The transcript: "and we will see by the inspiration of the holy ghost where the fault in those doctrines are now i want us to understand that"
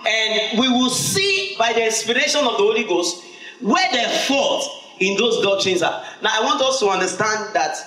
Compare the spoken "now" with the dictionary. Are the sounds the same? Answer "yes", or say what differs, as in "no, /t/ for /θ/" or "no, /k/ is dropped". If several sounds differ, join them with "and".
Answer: yes